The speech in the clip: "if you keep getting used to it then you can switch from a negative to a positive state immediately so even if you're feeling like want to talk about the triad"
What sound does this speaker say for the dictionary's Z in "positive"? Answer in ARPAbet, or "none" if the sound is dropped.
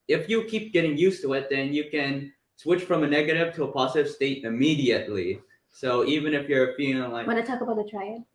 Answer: Z